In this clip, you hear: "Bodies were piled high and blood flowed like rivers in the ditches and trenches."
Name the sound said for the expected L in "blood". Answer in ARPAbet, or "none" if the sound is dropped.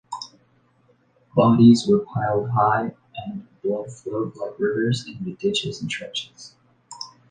none